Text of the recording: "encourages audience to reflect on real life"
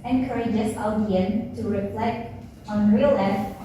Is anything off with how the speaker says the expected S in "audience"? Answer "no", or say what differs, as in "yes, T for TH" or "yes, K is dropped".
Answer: yes, S is dropped